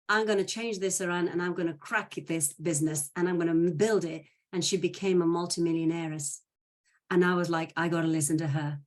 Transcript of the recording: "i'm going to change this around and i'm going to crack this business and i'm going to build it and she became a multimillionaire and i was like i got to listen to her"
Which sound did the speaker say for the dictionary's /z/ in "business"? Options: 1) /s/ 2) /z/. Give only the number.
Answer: 2